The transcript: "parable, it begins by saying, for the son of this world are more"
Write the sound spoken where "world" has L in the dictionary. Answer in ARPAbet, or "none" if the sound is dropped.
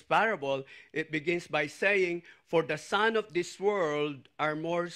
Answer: L